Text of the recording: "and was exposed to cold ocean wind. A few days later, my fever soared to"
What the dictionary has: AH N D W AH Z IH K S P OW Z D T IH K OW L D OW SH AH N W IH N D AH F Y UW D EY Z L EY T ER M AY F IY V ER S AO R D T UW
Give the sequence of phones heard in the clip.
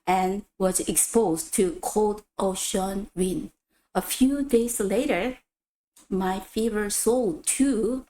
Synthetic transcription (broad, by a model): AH N W AH Z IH K S P OW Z T IH K OW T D OW SH AH N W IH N AH F Y UW D EY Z L EY T ER M AY F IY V ER S AO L T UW